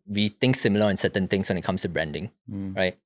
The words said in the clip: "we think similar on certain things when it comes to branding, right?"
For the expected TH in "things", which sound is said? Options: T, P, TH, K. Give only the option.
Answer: T